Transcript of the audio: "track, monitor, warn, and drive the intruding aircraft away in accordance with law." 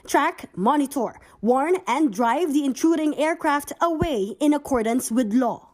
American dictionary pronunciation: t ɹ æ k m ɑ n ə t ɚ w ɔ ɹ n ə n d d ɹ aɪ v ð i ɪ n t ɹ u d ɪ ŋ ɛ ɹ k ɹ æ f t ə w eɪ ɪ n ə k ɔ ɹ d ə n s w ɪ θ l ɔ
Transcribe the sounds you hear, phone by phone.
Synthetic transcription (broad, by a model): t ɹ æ k m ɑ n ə t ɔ w ɔ ɹ n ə n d d ɹ aɪ v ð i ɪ n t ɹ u d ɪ ŋ ɛ ɹ k ɹ æ f t ə w eɪ ɪ n ə k ɔ ɹ d ə n s w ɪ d l ɔ